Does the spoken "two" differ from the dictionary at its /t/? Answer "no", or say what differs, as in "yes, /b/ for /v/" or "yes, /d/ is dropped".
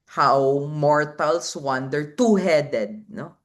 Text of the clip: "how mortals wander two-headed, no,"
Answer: no